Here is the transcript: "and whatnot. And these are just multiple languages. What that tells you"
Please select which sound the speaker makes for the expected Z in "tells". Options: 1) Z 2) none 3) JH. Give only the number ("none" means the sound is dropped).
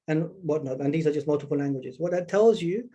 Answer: 1